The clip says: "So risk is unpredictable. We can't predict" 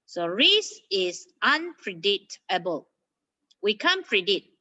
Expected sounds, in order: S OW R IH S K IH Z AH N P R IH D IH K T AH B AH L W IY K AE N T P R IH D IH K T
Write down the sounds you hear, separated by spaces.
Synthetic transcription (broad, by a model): S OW R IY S IH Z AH N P R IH D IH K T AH B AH L W IY K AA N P R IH D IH T